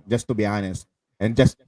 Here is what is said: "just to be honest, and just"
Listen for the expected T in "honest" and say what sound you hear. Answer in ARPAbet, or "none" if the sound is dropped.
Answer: T